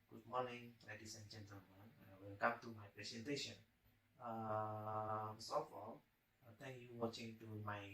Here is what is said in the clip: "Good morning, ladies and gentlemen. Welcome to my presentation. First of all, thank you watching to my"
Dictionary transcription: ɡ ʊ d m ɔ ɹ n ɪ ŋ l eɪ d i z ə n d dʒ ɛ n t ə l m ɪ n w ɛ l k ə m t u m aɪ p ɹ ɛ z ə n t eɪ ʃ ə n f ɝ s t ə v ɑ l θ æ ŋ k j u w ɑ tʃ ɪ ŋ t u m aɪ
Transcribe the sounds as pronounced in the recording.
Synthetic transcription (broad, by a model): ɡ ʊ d m ɔ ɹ n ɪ ŋ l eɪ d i s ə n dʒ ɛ n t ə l m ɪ n w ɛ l k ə m t u m aɪ p ɹ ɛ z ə n t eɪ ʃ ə n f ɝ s ə f ɑ l t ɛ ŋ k j u w ɑ tʃ ɪ ŋ t u m aɪ